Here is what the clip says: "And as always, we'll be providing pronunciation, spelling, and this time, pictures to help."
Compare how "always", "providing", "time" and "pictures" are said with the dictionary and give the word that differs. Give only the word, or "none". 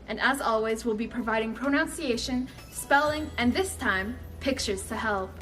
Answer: none